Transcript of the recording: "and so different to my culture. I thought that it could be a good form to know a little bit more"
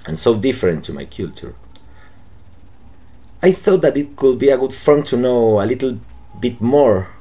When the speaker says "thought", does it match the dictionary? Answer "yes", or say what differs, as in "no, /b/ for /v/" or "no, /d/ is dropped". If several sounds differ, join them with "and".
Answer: yes